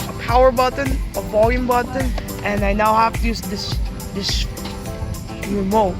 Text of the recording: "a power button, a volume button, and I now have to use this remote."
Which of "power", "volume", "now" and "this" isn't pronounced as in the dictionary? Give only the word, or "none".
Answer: none